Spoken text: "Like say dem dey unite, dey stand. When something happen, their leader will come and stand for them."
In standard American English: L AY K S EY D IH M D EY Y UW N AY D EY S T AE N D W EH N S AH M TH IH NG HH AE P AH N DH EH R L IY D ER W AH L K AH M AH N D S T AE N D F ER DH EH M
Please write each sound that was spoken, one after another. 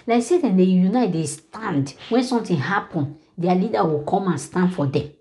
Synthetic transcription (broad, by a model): L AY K S EY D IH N D EY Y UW N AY D EY S T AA N D W EH N S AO M T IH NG HH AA P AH N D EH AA L IY D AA W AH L K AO M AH N S T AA N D F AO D EH M